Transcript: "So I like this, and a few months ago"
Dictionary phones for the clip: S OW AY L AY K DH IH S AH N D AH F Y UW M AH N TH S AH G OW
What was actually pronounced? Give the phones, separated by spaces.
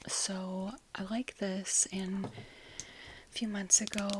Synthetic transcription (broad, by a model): S OW AY L AY K DH IH S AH N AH F Y UW M AH N TH S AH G OW